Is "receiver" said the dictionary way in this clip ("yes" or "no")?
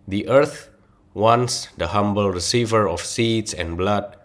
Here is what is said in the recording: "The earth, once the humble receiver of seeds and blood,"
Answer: yes